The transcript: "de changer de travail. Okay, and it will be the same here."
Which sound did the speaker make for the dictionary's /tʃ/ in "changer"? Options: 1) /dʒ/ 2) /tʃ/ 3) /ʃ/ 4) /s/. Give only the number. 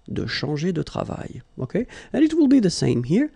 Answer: 3